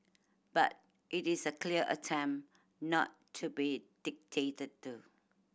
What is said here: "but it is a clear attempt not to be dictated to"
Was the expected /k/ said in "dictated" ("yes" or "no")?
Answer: yes